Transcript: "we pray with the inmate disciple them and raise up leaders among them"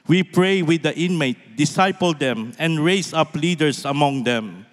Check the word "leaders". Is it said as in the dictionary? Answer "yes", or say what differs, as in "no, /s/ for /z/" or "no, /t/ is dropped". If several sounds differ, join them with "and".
no, /s/ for /z/